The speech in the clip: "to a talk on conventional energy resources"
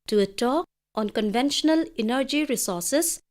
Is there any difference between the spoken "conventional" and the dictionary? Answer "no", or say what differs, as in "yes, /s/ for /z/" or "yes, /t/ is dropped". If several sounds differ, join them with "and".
no